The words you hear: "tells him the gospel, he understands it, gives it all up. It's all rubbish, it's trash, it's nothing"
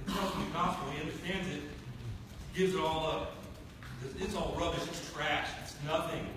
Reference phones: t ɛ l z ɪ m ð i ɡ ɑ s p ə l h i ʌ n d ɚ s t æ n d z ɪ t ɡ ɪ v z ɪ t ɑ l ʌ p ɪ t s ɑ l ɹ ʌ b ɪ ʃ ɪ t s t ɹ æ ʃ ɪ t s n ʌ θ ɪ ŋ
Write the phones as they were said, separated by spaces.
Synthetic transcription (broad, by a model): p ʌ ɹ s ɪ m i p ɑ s ə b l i ʌ n d ɚ s t æ n d z ɪ t ɡ ɪ v z ɪ t ɑ l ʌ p ɪ t s ɑ l ɹ ʌ b ɪ ʃ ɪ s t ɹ æ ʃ ɪ t s n ʌ θ ɪ ŋ